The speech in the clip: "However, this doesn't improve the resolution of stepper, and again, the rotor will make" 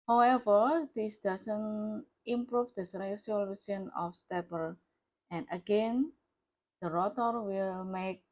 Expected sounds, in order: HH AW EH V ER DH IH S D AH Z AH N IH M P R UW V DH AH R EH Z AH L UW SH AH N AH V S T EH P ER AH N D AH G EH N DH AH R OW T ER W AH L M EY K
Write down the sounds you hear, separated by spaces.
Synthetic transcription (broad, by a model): HH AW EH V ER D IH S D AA S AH N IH M P R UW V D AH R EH S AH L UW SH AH N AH F S T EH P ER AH N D AH G EH N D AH R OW T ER W AH L M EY K